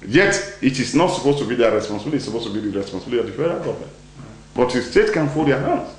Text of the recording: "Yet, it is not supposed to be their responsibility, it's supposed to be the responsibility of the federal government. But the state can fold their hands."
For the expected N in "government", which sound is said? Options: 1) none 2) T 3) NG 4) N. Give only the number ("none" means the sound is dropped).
1